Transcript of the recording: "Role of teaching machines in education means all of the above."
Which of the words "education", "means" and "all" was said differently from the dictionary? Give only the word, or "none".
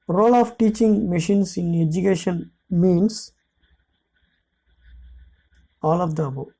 means